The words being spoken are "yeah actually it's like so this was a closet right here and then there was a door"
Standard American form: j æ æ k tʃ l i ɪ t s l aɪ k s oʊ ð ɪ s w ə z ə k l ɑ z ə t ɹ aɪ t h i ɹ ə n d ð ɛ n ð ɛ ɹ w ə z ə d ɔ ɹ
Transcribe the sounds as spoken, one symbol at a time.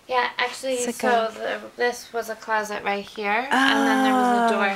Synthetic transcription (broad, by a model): j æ æ k tʃ l i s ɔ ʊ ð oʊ ð ɪ s w ə z ə k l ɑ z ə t ɹ aɪ t h i ɹ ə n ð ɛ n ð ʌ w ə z ə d ɔ ɹ